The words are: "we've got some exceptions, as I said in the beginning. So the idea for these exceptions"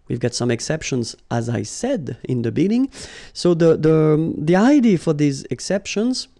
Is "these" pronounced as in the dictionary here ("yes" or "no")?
yes